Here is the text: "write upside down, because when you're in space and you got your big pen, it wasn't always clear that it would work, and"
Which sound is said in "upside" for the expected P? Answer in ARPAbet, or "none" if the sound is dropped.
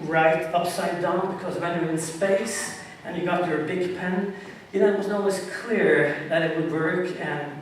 P